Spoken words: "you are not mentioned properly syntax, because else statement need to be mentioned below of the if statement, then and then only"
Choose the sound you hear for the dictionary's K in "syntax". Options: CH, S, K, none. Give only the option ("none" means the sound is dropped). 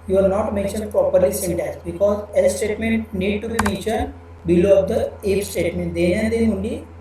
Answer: none